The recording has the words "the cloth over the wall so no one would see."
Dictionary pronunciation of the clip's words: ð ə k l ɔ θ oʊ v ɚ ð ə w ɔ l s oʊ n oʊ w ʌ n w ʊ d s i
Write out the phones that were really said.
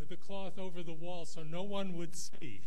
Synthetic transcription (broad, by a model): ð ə k l ɔ θ oʊ v ɚ ð ə w ɔ l s oʊ n oʊ w ʌ n w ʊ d s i